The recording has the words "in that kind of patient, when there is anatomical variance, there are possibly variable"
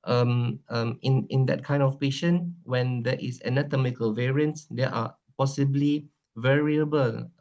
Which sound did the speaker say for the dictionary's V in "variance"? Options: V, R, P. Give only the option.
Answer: V